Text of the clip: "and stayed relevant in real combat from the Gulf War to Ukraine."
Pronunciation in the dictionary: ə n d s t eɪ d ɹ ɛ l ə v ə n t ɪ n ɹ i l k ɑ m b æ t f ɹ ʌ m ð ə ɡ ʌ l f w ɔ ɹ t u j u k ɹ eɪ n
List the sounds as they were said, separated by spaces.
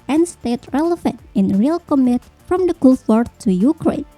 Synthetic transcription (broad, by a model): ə n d s t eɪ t ɹ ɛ l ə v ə n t ɪ n ɹ i l k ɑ m æ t f ɹ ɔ m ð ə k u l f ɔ ɹ t u j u k ɹ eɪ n